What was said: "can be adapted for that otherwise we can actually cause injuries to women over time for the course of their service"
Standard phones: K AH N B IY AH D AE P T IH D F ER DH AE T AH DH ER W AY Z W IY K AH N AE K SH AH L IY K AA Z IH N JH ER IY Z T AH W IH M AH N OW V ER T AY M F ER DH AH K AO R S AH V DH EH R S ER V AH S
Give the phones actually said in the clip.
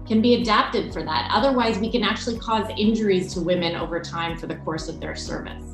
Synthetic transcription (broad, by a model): K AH N B IY AH D AE P T IH D F ER DH AE T AH DH ER W AY Z W IY K AH N AE K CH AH L IY K AA Z IH N JH ER IY Z T AH W IH M AH N OW V ER T AY M F ER DH AH K AO R S AH V DH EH R S ER V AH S